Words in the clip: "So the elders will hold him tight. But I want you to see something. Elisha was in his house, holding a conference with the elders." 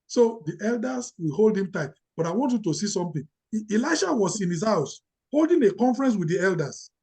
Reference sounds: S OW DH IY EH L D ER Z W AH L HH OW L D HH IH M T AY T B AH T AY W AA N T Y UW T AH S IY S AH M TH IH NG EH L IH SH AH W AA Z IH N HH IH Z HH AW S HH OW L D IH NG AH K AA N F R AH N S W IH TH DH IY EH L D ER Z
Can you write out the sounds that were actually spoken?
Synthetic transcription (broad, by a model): S OW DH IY EH L D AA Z W AH L HH OW L D HH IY M T AY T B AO T AY W AA N T Y UW T AH S IY S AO M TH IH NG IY L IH SH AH W AA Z IH N HH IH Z HH AW S HH OW L D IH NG AH K AA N F R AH N S W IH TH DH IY EH L D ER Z